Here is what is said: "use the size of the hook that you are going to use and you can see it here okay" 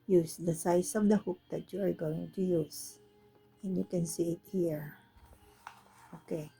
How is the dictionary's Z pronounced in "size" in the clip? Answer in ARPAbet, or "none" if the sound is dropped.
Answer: S